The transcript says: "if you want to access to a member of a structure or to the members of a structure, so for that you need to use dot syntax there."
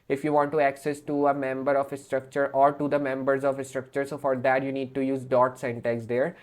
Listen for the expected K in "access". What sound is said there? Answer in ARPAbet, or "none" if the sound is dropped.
K